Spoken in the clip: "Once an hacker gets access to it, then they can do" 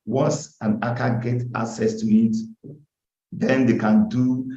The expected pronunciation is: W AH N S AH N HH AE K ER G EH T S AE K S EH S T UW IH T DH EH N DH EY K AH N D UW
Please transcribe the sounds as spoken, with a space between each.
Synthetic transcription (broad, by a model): W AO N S AH N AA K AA G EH T AA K S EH S T UW IH T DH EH N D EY K AH N D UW